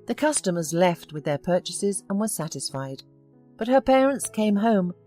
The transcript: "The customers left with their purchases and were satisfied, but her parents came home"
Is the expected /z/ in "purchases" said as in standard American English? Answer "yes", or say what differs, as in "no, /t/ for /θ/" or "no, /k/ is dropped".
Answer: yes